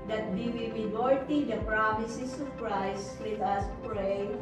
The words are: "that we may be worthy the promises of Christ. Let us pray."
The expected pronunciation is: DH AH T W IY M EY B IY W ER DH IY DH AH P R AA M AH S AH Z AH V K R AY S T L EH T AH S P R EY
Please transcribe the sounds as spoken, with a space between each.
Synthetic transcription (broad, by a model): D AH T W IY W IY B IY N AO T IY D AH P R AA M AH S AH S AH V K R AY S T W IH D AH S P R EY